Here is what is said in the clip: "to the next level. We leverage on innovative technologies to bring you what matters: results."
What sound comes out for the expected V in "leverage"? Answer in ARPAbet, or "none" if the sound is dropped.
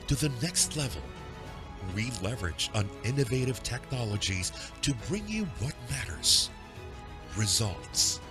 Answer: V